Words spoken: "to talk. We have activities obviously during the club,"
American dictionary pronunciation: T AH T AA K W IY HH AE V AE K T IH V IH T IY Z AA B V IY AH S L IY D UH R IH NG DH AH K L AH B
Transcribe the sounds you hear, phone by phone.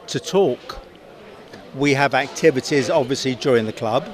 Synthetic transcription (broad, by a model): T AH T AA K W IY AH V AE K T IH V IH T IY Z AA B V IY AH S L IY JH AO R IH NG DH AH K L AH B